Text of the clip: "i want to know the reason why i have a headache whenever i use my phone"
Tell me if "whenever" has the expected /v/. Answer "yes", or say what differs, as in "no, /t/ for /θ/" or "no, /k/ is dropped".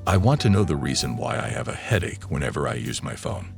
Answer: yes